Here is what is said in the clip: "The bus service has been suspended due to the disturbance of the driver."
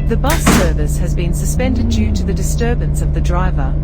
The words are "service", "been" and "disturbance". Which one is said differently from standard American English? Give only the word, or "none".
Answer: none